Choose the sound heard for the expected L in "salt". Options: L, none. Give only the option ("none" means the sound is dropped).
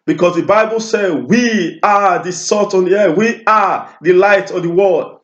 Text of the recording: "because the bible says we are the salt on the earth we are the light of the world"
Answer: none